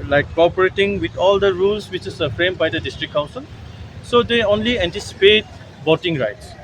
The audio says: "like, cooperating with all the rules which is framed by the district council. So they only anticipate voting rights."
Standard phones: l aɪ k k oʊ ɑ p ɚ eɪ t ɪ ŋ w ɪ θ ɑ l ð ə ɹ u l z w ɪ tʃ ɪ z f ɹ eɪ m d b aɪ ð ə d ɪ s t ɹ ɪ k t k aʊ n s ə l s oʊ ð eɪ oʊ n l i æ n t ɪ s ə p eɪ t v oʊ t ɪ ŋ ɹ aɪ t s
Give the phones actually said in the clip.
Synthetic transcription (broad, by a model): l aɪ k k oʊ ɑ p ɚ eɪ t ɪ ŋ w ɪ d ɑ l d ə ɹ u l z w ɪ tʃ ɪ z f ɹ eɪ m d b aɪ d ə d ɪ s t ɹ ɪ k k aʊ n s ə l s oʊ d eɪ oʊ n l i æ n t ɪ s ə p eɪ t b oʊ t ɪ ŋ ɹ aɪ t s